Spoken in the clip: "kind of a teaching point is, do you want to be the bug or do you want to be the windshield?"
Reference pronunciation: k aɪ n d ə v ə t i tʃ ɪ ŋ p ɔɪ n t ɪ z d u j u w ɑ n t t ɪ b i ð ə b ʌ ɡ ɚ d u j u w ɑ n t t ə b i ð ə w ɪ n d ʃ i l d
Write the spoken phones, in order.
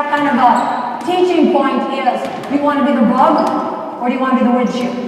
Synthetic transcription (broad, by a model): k aɪ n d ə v ə t i tʃ ɪ ŋ p ɔɪ n t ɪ s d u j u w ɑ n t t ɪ b i ð ə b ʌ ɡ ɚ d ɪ j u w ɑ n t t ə b i ð ə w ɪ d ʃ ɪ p